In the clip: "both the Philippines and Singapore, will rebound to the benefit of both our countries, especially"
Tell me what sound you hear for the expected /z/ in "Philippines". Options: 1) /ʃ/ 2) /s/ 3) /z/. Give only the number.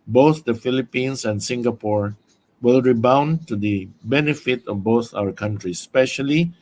2